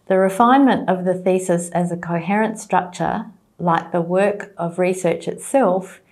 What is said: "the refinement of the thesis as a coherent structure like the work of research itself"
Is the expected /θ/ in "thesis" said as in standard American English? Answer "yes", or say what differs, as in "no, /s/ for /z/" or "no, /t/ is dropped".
yes